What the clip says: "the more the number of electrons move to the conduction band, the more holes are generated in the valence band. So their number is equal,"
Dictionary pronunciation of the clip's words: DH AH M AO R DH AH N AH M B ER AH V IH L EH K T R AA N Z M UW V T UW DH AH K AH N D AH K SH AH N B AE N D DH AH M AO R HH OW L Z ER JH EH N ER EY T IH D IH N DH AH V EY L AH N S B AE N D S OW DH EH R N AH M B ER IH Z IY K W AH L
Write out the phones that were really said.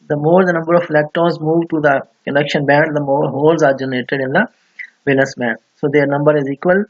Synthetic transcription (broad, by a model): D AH M AO R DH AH N AH M B ER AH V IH L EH K T AA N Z M UW V T UW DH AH K AH N D AH K SH AH N B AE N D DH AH M AO R HH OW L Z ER JH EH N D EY T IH D IH N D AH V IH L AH S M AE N S OW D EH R N AH M B ER IH Z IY K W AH L